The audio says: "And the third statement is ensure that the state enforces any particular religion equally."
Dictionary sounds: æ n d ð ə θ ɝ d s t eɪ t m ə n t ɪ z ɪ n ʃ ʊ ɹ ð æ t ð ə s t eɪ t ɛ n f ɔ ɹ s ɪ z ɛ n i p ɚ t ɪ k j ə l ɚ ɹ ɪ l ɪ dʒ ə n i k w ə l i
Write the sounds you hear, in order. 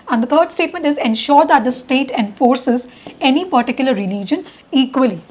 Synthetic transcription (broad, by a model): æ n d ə t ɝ d s t eɪ t m ə n t ɪ z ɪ n ʃ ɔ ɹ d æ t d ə s t eɪ t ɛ n f ɔ ɹ s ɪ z ɛ n i p ɚ t ɪ k j ə l ɚ ɹ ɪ l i dʒ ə n i k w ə l i